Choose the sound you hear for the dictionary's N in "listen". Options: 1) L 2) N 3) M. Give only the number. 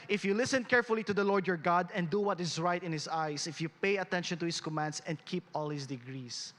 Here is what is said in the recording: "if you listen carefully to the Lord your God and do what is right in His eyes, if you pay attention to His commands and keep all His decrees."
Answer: 2